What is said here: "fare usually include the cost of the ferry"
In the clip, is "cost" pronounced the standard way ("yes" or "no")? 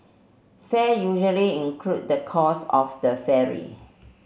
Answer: no